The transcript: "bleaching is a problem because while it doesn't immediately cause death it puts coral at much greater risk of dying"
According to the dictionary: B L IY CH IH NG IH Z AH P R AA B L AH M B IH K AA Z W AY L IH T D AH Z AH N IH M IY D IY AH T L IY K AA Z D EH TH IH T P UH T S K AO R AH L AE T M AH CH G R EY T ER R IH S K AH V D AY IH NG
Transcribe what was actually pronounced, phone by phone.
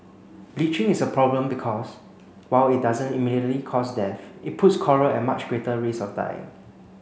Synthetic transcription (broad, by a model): B L IY CH IH NG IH S AH P R AA B L AH M B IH K AA S W AY L IH T D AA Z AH N IH M IY D IY AH T L IY K AA S D EH F IH T P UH T S K AO R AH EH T M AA CH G R EY T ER R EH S AH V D AY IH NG